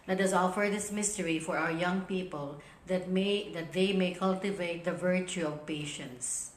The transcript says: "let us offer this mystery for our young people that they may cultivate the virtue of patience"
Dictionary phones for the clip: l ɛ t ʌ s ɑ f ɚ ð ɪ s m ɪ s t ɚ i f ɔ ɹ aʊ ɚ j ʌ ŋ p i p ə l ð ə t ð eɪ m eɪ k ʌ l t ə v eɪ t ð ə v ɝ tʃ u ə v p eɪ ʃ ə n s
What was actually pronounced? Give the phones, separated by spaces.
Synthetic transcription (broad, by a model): l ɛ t ʌ s ɑ f ɚ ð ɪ s m ɪ s t ɚ i f ɔ ɹ aʊ ɚ j ʌ ŋ p i p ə l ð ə t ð eɪ m eɪ k ʌ l t ə v eɪ t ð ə v ɝ tʃ u ə v p eɪ ʃ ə n s